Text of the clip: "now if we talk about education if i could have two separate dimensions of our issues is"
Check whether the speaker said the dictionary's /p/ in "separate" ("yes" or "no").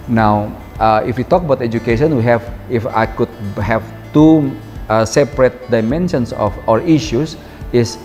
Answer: yes